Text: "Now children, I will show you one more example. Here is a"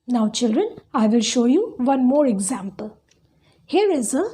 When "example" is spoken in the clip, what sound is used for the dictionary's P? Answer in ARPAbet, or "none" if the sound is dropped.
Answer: P